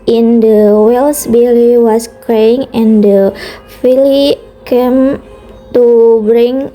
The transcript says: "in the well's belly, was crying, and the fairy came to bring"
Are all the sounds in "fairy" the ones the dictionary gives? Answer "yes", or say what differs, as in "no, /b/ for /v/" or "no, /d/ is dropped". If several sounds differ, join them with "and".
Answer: no, /l/ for /ɹ/